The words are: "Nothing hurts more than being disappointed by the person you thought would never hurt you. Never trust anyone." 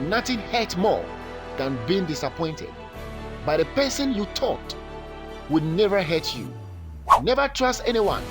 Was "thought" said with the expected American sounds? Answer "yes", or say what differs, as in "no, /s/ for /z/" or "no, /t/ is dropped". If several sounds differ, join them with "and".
no, /t/ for /θ/